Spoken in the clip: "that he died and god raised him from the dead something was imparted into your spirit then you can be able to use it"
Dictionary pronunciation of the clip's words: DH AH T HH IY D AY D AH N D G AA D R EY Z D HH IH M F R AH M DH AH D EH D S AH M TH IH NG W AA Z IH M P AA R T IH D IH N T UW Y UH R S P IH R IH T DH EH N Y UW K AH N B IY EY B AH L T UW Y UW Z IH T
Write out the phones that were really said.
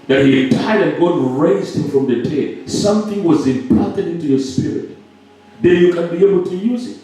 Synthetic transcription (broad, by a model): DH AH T HH IY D AY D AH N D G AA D R EY Z D HH IH M F R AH M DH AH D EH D S AH M TH IH NG W AA Z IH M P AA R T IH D IH N T UW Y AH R S P IH R IH T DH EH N Y UW K AH N B IY EY B AH L T UW Y UW Z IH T